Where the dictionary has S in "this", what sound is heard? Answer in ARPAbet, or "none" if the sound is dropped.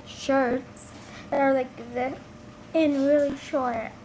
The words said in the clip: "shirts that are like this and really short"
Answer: none